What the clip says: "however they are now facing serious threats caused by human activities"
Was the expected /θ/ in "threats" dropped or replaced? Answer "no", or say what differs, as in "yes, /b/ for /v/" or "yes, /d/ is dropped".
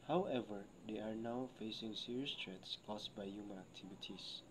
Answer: yes, /t/ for /θ/